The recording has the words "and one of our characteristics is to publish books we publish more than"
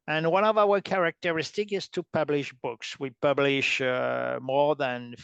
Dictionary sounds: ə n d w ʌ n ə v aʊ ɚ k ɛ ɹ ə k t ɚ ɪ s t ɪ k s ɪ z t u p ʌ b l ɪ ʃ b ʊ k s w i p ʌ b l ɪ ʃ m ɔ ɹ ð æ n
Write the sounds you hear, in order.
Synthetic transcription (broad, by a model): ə n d w ʌ n ə v aʊ ɚ k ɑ ɹ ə k t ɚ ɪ s t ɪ k ɪ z t u p ʌ b l ɪ ʃ b ʊ k s w i p ʌ b l ɪ ʃ m ɔ ɹ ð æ n